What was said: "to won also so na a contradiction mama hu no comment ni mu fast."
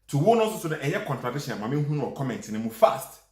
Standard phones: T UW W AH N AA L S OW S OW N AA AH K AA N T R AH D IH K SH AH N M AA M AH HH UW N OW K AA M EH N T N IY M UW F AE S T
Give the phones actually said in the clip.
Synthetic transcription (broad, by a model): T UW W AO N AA S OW S OW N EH AH K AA N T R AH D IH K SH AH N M AA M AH HH UW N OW K AA M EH N T N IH M UW F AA S T